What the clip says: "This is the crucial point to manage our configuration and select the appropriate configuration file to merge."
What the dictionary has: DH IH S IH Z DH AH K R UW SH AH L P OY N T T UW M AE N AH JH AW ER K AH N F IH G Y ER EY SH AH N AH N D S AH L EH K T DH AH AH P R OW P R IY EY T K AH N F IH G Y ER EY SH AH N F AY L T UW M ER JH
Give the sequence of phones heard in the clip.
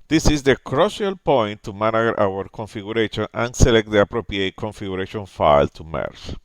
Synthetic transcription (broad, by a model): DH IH S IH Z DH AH K R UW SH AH L P OY N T T UW M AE N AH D AW ER K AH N F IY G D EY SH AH N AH N S AH L EH K T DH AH AH P R OW P R IY EY T K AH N F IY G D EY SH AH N F AY L T UW M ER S